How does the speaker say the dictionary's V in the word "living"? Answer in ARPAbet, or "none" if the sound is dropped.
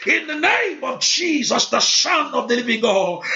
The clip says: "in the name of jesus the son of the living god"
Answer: V